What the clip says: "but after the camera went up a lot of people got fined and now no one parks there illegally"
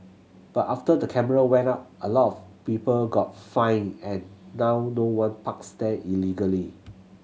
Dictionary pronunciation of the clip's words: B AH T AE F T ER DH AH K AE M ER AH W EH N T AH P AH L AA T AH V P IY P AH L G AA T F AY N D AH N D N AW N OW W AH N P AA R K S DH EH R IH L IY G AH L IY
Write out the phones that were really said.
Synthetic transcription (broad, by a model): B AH T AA F T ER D AH K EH M ER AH W EH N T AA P AH L AA T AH F P IY P AH L G AA T F AY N AH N N AW N OW W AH N P AA K S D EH IH L IY G AH L IY